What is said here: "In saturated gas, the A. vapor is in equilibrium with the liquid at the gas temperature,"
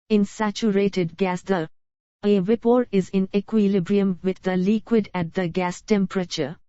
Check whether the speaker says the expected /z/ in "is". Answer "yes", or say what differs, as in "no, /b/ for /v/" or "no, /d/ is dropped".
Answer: yes